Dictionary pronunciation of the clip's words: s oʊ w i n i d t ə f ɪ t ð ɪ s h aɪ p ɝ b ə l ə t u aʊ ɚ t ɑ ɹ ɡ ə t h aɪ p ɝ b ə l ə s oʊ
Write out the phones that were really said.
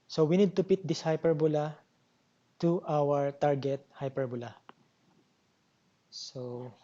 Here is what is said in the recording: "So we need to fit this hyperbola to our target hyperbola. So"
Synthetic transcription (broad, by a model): s oʊ w i n i d t ə p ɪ t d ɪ s h aɪ p ɝ b ə l ə t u aʊ ɚ t ɑ ɹ ɡ ə t h aɪ p ɝ b ə l ə s oʊ